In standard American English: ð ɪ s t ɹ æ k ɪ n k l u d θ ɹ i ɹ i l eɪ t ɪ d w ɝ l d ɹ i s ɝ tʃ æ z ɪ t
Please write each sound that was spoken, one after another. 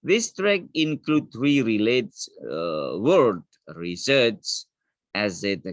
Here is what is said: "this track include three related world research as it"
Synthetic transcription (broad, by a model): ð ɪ s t ɹ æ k ɪ n k l u d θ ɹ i ɹ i l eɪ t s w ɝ d ɹ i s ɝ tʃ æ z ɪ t